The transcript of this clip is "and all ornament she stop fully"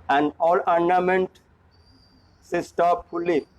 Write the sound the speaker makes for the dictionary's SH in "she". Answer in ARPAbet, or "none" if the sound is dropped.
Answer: S